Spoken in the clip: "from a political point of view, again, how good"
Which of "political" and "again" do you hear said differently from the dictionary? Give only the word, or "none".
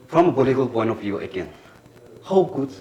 political